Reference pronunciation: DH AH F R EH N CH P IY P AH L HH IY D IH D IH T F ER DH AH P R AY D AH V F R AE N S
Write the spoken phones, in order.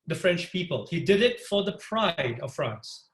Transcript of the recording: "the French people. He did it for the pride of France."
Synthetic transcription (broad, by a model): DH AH F R EH N CH P IY P AH L HH IY D IH D IH T F ER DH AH P R AY D AH V F R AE N S